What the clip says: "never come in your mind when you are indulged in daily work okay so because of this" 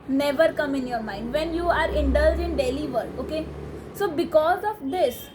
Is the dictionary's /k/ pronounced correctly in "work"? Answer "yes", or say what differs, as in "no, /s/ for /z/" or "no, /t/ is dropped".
no, /k/ is dropped